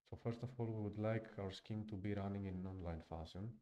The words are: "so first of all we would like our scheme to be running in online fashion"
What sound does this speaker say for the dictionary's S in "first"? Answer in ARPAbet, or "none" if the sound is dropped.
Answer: S